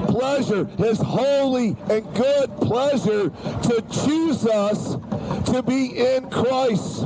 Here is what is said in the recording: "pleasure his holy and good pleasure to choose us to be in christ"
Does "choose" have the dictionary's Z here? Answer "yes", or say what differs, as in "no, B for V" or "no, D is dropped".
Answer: yes